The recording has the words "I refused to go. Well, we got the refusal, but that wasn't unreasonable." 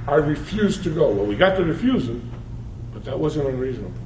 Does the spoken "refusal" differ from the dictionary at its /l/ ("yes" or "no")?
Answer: yes